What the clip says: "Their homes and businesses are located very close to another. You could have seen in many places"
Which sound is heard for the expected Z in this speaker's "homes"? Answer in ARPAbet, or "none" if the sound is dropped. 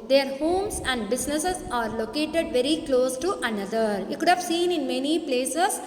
S